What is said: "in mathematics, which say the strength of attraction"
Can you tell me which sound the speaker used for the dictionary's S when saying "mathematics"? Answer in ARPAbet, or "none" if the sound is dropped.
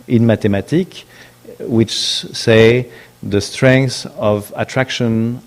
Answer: none